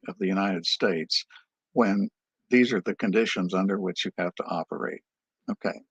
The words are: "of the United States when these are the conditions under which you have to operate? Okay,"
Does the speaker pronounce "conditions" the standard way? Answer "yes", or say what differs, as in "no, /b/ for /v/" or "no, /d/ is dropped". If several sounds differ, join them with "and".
yes